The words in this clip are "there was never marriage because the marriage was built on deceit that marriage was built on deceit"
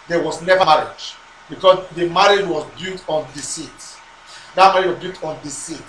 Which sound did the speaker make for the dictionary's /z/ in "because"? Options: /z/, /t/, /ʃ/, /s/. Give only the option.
/s/